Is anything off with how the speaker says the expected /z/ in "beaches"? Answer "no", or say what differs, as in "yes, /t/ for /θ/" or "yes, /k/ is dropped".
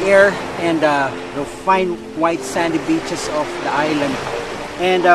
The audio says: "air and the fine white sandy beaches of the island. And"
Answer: yes, /s/ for /z/